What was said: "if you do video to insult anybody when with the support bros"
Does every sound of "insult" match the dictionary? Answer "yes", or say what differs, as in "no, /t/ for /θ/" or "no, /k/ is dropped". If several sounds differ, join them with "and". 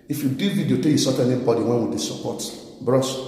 no, /n/ is dropped and /l/ is dropped